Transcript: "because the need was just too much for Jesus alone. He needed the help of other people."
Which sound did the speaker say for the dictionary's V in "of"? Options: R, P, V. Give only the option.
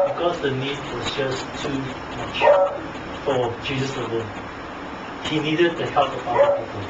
P